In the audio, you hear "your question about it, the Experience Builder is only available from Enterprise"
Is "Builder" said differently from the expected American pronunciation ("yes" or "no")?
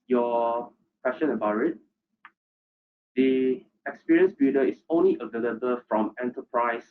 yes